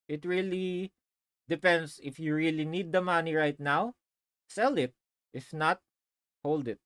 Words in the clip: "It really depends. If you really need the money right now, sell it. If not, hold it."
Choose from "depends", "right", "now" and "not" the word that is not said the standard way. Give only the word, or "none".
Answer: depends